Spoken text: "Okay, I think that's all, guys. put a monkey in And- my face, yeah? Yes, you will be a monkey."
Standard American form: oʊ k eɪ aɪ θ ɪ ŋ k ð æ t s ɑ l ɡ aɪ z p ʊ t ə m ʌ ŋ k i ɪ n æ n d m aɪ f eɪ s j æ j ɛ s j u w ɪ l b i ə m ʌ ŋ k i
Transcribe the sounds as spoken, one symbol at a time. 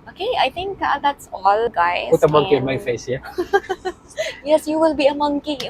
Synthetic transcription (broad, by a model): oʊ k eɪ aɪ t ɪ ŋ k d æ t s ɑ l ɡ aɪ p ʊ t ə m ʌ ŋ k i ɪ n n m aɪ f eɪ s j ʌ j ɛ s j u w ɪ l b i ə m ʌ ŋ k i